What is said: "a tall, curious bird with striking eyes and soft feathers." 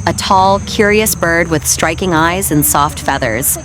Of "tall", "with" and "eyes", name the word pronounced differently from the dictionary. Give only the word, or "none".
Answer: none